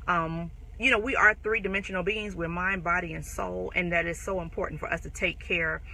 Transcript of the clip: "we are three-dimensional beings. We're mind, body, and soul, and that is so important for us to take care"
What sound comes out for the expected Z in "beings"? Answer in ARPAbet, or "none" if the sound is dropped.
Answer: Z